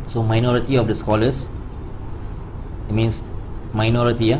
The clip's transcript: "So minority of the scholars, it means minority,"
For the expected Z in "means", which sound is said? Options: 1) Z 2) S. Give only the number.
2